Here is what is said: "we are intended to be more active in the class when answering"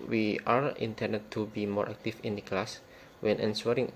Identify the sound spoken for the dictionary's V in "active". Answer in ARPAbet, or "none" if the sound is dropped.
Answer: F